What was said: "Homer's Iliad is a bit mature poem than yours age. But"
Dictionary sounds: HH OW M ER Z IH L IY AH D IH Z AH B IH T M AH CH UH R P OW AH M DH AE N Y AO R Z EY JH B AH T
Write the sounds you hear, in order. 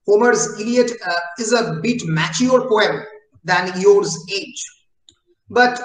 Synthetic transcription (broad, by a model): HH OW M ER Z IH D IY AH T IH Z AH B IH T M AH CH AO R P OW AH M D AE N Y AO R Z EY JH B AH T